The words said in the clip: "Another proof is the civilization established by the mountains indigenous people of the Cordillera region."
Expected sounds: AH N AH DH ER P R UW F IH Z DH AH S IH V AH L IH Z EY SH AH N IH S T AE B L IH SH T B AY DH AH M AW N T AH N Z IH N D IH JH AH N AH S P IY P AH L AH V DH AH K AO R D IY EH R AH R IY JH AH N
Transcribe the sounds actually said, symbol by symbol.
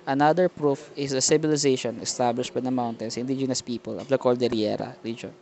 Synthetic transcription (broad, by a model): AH N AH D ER P R UW F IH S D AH S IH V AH L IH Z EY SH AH N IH S T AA B L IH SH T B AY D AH M AW N T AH N S IH N D IH JH AH N AH S P IY P AH L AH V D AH K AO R D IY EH R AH R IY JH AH N